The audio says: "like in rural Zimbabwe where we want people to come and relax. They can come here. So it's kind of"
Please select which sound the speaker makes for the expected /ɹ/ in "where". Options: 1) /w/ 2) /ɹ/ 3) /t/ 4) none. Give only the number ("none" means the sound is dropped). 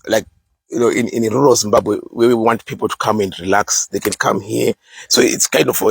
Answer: 1